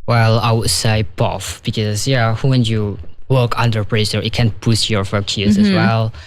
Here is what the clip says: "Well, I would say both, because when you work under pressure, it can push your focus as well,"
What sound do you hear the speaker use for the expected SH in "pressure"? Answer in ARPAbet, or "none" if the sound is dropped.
S